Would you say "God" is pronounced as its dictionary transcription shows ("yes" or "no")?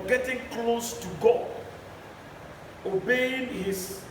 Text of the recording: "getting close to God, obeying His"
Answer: no